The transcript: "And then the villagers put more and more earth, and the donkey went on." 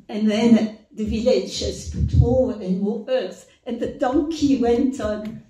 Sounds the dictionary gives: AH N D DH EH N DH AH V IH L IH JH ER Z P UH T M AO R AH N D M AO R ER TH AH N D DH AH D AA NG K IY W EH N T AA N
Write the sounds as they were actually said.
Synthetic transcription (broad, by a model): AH N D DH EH N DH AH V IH L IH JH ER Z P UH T M AO R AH N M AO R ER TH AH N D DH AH D AA NG K IY W EH N T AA N